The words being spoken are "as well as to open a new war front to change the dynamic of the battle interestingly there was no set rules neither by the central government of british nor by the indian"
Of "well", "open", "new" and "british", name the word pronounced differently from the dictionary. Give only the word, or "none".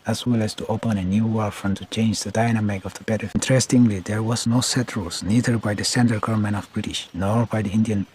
none